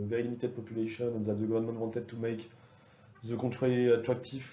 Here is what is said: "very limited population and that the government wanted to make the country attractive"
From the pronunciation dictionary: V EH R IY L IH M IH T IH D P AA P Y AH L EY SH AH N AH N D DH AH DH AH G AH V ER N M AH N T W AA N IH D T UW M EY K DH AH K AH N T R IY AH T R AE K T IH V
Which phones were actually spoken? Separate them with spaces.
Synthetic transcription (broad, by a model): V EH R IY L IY M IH T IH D P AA P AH L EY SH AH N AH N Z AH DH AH G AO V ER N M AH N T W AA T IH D T UW M EY K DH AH K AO T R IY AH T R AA K T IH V